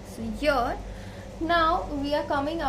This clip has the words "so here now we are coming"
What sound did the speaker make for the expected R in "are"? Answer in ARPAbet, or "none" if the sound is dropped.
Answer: R